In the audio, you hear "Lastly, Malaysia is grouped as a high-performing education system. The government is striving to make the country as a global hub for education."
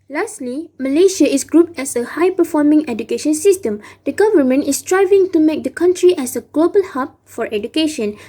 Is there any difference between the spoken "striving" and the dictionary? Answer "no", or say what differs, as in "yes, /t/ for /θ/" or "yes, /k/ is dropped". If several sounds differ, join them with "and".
no